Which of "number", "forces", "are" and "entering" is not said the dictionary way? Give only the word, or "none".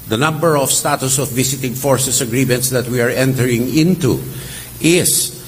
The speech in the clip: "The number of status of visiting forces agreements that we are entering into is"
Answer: forces